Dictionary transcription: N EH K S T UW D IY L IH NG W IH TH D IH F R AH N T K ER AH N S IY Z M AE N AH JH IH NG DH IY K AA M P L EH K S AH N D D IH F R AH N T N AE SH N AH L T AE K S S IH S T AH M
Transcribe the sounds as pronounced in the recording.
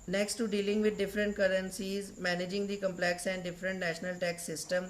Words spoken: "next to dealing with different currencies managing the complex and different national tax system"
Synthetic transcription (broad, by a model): N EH K S T UW D IY L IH NG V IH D D IH F R AH N T K ER AH N S IY Z M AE N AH JH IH NG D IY K AA M P L EH K S AH N D D IH F R AH N T N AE SH N AH L T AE K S S IH S T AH M